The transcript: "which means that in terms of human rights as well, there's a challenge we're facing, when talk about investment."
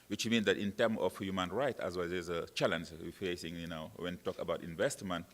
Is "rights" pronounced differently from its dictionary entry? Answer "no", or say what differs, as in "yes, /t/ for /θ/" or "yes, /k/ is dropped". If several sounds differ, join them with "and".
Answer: yes, /s/ is dropped